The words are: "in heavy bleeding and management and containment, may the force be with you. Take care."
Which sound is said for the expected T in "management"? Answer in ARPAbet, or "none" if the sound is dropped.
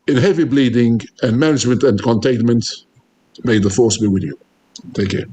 T